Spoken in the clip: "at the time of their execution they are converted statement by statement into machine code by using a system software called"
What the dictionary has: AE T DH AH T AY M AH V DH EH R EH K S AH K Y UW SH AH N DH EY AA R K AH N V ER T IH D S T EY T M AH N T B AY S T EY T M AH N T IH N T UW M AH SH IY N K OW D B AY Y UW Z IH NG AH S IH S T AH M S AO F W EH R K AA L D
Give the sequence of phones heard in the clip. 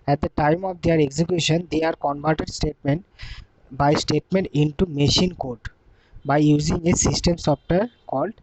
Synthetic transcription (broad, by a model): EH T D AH T AY M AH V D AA R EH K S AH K Y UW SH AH N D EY AA R K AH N B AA T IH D S T EY T M AH N T B AY S T EY T M AH N T IH N T UW M AH SH IY N K OW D B AY Y UW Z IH NG AH S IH S T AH M S AO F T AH R K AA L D